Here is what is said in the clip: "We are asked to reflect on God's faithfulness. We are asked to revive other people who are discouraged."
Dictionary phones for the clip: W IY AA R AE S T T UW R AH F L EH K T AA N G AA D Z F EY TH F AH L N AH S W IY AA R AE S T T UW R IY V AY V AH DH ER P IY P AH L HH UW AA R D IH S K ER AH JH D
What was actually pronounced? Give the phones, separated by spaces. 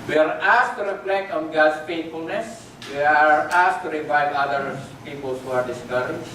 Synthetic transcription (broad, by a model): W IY AA R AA S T T UW R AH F L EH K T AA N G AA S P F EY T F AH L N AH S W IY AA R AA S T T UW R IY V AY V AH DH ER P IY P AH L HH UW AA R D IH S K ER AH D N